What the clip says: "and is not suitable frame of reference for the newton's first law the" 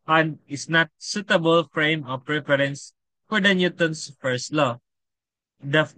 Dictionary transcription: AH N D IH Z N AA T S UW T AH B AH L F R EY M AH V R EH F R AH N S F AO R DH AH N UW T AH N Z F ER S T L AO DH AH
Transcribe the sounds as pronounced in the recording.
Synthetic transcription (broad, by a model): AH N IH S N AA T S UW T AH B AH L F R EY M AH P R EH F R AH N S F AO R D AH N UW T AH N S F ER S T L AO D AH